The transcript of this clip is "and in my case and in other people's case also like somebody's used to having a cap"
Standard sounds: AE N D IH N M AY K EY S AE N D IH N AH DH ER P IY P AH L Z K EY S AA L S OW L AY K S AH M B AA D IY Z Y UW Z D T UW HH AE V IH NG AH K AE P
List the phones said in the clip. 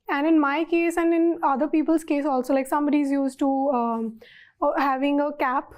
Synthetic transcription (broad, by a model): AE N D IH N M AY K EY S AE N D IH N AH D ER P IY P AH L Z K EY S AA L S OW L AY K S AH M B AA D IY Z Y UW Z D T UW HH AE V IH NG AH K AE P